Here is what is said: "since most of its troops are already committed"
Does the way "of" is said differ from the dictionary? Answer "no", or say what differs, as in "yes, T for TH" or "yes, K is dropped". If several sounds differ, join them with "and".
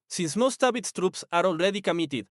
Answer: yes, B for V